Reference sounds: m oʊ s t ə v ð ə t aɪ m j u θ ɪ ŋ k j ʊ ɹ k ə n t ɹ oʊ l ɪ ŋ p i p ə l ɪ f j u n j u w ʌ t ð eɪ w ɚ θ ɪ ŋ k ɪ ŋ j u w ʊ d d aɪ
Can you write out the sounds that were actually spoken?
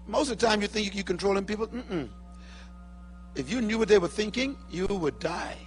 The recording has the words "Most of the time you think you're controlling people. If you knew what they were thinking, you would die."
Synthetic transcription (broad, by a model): m oʊ s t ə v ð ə t aɪ m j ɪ θ ɪ ŋ k j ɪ k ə n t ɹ oʊ l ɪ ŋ p i p l ɪ f j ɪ n j u w ʌ t ð eɪ w ɚ θ ɪ ŋ k ɪ ŋ j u w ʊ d d aɪ